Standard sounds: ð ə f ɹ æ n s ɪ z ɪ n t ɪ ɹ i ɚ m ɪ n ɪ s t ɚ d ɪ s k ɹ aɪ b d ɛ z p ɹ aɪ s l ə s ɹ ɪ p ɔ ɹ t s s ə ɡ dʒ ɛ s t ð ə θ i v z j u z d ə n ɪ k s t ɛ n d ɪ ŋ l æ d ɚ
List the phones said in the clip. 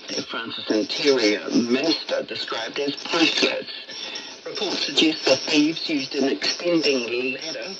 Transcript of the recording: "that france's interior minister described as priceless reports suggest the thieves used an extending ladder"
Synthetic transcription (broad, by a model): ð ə f ɹ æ n s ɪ s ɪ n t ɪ ɹ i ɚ m ɪ n ɪ s t ɚ d ɪ s k ɹ aɪ b d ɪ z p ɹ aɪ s ə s ɹ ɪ p ɔ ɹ t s s ə ɡ dʒ ɛ s t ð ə θ i v z j u z d ə n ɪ k s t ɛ n d ɪ ŋ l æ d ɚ